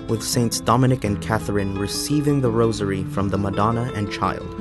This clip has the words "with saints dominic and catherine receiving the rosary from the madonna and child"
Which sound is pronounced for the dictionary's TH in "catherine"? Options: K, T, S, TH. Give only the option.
TH